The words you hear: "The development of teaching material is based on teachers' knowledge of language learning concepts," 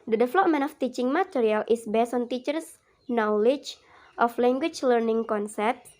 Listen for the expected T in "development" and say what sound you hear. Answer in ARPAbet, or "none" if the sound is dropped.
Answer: none